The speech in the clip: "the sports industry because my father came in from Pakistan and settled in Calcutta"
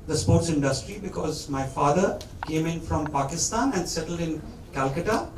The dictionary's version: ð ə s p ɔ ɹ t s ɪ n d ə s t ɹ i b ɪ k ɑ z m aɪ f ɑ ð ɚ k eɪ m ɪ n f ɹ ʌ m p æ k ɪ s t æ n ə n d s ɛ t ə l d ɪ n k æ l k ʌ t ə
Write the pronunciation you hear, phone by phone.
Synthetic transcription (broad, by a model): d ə s p ɔ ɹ t s ɪ n d ə s t ɹ i b ɪ k ɑ z m aɪ f ɑ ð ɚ k eɪ m ɪ n f ɹ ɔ m p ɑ k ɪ s t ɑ n ə n d s ɛ t ə l d ɪ n k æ l k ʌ t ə